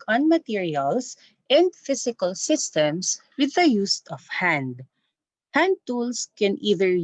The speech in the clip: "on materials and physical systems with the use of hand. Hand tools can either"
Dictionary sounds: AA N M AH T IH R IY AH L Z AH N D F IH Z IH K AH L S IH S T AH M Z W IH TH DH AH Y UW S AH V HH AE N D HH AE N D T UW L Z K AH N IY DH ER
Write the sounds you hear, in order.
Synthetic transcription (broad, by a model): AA N M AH T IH R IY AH L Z AH N D F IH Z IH K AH L S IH S T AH M S W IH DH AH Y UW S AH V HH AE N D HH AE N D T UW L S K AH N IY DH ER